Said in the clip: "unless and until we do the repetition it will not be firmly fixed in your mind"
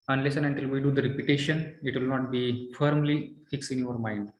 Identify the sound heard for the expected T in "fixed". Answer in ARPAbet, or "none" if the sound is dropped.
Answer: none